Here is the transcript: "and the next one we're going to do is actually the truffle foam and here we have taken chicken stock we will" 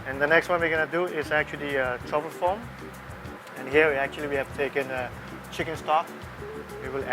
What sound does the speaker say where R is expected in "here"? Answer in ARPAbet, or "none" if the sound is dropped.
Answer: L